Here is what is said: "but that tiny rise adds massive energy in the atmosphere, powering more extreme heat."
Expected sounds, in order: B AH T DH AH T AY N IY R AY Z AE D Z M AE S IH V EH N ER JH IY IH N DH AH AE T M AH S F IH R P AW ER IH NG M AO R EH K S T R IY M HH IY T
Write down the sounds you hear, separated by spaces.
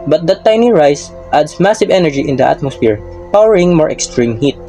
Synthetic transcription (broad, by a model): B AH T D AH T AY N IY R AY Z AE D S M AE S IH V EH N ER JH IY IH N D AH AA T M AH S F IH R P AW ER IH NG M AO R EH K S T R IY M HH IY T